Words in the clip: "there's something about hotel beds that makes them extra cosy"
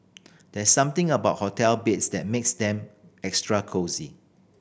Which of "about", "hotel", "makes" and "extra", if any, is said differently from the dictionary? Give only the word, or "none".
none